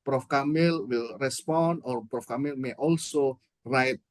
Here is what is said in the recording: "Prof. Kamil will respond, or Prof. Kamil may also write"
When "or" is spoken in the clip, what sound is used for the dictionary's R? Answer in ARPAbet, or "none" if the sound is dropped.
R